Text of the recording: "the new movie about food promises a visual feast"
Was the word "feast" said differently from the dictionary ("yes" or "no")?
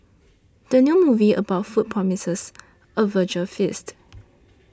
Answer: no